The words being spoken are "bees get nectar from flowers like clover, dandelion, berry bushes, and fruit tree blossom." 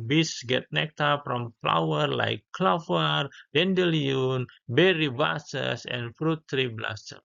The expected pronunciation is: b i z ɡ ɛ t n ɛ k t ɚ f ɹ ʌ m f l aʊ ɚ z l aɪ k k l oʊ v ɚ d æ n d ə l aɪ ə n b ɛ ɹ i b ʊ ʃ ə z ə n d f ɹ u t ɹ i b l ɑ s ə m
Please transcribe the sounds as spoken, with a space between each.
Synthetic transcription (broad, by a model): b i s ɡ ɛ t n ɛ k t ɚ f ɹ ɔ m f l aʊ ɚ l aɪ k k l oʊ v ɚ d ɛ n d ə l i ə n b ɛ ɹ i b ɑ s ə s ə n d f ɹ u t ɹ i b l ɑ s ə